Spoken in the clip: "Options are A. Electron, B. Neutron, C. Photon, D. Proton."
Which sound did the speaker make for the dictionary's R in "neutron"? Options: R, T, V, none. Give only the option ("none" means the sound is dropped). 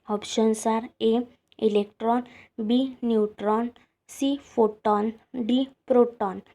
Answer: R